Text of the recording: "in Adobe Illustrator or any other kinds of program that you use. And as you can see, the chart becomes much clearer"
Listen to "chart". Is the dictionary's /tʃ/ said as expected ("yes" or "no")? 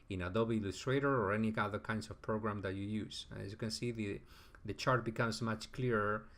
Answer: yes